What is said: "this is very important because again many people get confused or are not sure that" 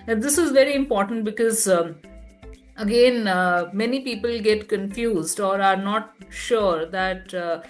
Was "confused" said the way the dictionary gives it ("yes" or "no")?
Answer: yes